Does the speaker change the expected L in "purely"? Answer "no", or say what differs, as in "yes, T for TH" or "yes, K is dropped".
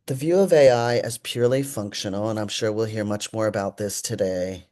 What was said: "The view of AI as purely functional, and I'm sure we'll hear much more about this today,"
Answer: no